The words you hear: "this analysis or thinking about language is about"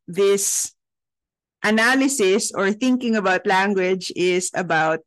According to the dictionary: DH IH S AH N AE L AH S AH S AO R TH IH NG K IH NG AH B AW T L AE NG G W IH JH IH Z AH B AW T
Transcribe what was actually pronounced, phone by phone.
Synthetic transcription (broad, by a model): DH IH S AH N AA L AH S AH S AO R TH IH NG K IH NG AH B AW T L AE NG G W IH JH IH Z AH B AW T